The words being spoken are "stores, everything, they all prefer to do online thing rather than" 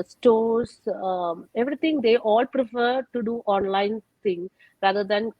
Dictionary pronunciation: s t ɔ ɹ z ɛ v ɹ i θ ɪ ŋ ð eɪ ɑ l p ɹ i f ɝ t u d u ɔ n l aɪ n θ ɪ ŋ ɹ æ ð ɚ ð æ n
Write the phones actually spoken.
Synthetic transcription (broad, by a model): s t ɔ ɹ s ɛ v ɹ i t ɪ ŋ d eɪ ɑ l p ɹ i f ɝ t u d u ɔ n l aɪ n t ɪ ŋ ɹ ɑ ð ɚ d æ n